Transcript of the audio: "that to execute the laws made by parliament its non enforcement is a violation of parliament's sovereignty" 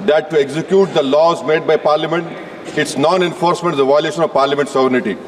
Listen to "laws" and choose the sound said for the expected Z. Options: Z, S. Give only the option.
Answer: Z